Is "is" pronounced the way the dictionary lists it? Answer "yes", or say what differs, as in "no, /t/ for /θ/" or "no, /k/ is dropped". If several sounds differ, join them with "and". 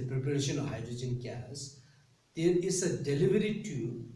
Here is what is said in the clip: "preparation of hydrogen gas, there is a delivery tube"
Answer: no, /s/ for /z/